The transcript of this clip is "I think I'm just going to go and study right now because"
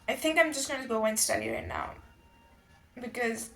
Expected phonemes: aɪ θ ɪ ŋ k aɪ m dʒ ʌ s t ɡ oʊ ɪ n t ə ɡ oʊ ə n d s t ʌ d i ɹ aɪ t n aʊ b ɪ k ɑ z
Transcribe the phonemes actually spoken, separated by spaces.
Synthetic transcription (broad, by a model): aɪ θ ɪ ŋ k aɪ m dʒ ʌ s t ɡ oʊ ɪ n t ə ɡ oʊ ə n s t ʌ d i ɹ aɪ t n aʊ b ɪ k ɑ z